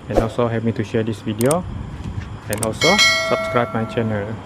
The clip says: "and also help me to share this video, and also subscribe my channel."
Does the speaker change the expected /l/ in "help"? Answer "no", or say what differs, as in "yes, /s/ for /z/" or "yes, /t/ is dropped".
yes, /l/ is dropped